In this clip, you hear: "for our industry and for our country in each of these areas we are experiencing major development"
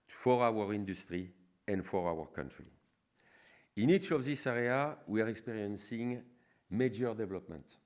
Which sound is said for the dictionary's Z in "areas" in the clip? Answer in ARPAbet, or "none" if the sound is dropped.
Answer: none